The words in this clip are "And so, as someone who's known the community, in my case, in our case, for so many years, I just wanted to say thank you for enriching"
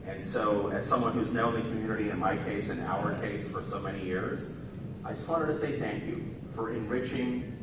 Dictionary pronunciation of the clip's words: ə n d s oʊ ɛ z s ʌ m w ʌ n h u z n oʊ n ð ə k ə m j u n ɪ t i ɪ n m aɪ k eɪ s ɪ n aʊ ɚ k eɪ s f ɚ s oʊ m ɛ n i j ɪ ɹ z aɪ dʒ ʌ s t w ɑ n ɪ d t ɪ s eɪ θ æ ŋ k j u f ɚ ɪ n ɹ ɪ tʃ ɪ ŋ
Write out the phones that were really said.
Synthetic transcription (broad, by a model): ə n s oʊ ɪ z s ʌ m w ʌ n h u z n oʊ n ð ə k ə m j u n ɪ t i ɪ n m aɪ k eɪ s ɪ n aʊ ɚ k eɪ s f ɚ s oʊ m ɛ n i j ɪ ɹ z aɪ dʒ ʌ s t w ɑ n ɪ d t ɪ s eɪ θ æ ŋ k j u f ɚ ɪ n ɹ ɪ tʃ ɪ ŋ